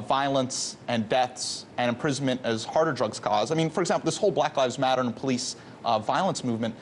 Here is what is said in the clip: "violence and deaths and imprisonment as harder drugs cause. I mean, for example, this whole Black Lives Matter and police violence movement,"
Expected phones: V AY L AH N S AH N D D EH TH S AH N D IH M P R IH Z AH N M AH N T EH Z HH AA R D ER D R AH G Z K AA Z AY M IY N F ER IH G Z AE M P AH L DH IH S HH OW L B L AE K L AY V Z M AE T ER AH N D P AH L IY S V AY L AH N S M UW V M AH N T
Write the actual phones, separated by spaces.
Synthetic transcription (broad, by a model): V AY L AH N S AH N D D EH TH S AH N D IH M P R IH Z N M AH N T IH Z HH AA R D ER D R AH G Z K AA Z AY M IY N F ER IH G Z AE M P L DH IH S HH OW L B L AE K L AY V Z M AE T ER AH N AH P AH L IY S V AY L AH N S M UW V M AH N T